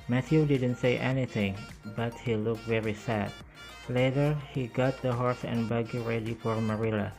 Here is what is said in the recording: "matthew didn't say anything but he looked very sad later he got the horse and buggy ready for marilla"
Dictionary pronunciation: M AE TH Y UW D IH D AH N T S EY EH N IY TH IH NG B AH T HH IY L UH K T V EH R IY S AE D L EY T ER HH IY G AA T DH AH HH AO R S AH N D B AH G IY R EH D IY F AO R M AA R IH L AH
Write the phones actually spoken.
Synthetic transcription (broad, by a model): M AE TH Y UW D IH D AH N T S EY EH N IY TH IH NG B AH T HH IY L UH K T V EH R IY S AE D L EY T ER HH IY G AA T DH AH HH AO R S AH N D B AH G IY R EH D IY F AO R M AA R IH L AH